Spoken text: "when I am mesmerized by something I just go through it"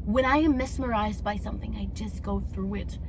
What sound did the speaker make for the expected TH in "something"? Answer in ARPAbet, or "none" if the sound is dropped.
TH